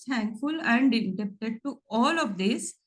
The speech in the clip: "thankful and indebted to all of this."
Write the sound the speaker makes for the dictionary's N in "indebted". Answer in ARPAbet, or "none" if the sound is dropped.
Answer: none